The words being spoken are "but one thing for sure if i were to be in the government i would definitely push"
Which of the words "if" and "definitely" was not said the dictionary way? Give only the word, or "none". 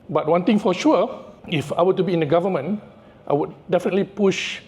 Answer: none